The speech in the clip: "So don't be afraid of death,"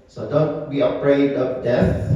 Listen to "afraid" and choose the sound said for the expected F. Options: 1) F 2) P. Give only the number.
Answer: 2